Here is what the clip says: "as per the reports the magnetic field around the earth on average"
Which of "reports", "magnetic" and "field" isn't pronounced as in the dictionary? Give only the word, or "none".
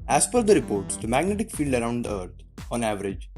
none